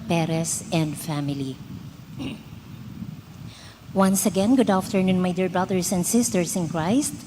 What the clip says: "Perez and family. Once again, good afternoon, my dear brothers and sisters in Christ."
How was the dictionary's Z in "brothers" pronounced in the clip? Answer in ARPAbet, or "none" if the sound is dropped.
S